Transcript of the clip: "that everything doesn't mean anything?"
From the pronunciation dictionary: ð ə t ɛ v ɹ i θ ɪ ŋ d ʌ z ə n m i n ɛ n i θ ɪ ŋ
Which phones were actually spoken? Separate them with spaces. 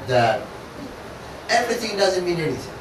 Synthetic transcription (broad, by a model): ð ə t ɛ v ɹ i θ ɪ ŋ d ʌ z ə n m i n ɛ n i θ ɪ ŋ